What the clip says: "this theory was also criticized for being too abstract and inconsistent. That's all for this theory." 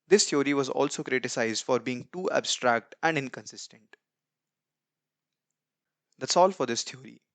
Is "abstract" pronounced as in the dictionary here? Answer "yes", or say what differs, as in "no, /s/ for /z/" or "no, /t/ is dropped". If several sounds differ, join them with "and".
yes